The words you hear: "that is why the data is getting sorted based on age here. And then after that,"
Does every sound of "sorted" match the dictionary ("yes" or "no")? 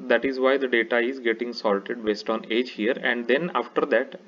no